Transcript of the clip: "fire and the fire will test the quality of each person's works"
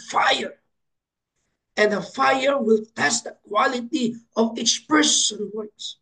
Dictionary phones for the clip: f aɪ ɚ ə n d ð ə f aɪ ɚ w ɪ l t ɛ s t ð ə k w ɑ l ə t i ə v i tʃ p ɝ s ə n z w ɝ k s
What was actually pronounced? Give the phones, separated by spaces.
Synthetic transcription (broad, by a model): f aɪ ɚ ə n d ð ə f aɪ ɚ w ɪ l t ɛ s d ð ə k w ɑ l ə t i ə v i s p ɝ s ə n w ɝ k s